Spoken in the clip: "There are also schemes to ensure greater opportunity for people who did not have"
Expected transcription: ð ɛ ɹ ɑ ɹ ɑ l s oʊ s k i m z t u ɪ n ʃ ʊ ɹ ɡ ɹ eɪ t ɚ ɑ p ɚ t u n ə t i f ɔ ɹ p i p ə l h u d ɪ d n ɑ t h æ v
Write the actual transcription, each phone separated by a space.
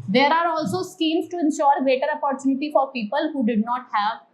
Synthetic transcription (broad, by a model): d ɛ ɹ ɑ ɹ ɑ l s oʊ s k i m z t u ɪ n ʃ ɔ ɹ ɡ ɹ eɪ t ɚ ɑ p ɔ t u n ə t i f ɔ ɹ p i p ə l h u d ɪ d n ɑ t h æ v